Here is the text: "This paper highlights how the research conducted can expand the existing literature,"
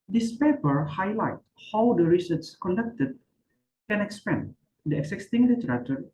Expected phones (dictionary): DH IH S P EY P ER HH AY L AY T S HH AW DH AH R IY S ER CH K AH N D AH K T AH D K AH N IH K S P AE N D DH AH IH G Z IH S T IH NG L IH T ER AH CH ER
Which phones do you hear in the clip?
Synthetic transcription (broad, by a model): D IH S P EY P ER HH AY L AY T HH AW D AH R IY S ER S K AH N D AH K T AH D K AH N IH K S P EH N D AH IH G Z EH S T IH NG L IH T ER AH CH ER